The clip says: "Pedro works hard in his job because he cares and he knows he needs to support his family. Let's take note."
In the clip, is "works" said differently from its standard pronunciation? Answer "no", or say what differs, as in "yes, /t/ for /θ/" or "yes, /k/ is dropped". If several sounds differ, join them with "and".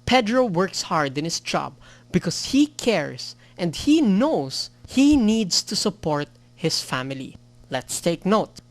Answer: no